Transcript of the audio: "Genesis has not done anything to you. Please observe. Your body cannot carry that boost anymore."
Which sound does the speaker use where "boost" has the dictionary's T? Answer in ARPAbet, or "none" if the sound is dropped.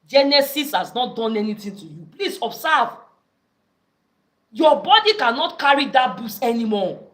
none